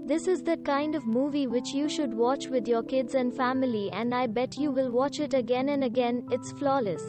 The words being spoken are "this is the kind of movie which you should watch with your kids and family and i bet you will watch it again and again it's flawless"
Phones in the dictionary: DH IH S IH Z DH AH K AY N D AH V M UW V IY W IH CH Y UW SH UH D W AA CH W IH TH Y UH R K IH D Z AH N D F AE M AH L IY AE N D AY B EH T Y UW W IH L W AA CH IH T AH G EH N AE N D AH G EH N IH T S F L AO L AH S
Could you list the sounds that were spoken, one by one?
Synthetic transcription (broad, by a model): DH IH S IH Z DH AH K AY N D AH V M UW V IY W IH CH Y UW SH UH D W AA CH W IH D Y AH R K IH D Z AH N D F AE M AH L IY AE N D AY B EH T Y UW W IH L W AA CH IH T AH G EH N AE N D AH G EH N IH T S F L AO L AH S